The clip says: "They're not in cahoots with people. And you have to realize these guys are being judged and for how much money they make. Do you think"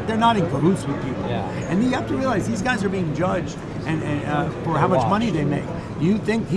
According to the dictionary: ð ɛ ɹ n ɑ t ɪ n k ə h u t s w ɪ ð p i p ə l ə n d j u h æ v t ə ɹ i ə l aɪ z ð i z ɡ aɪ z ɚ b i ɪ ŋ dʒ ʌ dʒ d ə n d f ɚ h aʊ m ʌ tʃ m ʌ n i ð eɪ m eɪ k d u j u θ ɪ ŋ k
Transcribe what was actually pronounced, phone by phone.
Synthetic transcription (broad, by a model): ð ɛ ɹ n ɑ t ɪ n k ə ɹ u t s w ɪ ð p i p l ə n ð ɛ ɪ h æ f t ə ɹ i ə l aɪ z ð i z ɡ aɪ z ɚ b i ɪ ŋ dʒ ʌ dʒ d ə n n f ɚ h aʊ m ʌ tʃ m ʌ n i ð eɪ m eɪ k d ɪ j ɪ θ ɪ ŋ k